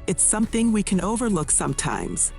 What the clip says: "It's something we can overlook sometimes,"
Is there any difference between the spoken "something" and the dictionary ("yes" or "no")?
no